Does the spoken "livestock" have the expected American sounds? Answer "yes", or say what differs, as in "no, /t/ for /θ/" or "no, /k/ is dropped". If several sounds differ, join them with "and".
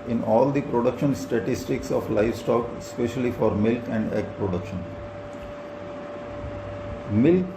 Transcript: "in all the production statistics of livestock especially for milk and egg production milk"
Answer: yes